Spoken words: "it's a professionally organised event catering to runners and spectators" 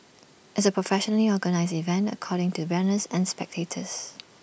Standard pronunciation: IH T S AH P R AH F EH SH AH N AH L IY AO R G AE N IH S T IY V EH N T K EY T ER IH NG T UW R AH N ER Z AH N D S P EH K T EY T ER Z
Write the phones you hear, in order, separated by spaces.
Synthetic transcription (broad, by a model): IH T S AH P R AH F EH SH AH N AH L IY AO G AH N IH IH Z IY V EH N T K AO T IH NG T UW W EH N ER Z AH N S P EH K T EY T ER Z